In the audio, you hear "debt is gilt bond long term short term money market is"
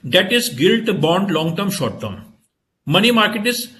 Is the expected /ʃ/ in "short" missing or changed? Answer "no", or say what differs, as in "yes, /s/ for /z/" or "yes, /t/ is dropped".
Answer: no